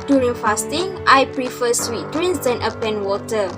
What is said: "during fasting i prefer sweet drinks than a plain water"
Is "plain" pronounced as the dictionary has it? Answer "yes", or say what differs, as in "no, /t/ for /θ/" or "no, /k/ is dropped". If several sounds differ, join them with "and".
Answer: no, /l/ is dropped